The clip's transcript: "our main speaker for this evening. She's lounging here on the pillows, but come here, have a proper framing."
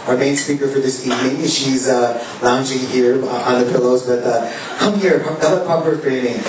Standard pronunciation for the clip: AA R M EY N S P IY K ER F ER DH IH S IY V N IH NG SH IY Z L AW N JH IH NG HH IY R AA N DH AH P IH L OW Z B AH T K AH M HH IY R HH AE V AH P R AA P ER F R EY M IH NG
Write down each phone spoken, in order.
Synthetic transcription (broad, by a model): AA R M EY N S P IY K ER F ER DH IH S IY V N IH NG SH IY Z L AW N JH IH NG HH IY R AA N DH AH P IH L OW Z B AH T K AH M HH IY R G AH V AH P R AA P ER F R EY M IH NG